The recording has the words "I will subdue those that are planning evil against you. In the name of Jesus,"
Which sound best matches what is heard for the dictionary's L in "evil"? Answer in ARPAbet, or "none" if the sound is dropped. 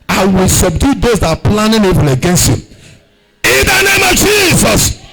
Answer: N